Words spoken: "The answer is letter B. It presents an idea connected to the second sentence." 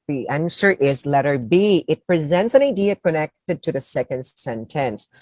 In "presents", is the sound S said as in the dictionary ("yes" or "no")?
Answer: yes